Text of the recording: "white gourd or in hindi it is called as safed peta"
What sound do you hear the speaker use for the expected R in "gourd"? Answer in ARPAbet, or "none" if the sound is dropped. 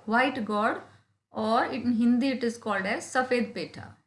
R